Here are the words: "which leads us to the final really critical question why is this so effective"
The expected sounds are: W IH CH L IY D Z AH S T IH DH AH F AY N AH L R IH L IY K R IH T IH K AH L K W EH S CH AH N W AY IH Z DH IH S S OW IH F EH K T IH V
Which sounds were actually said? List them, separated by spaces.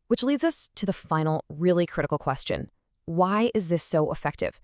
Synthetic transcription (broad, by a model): W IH CH L IY D Z AH S T IH DH AH F AY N L R IH L IY K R IH T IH K L K W EH S CH AH N W AY IH Z DH IH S S OW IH F EH K T IH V